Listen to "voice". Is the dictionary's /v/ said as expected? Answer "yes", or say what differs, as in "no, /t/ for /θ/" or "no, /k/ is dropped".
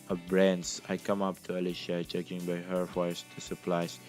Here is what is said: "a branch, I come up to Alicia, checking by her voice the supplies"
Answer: no, /f/ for /v/